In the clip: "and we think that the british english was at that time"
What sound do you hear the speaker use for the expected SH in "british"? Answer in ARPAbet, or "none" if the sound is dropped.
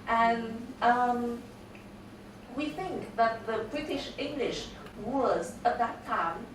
SH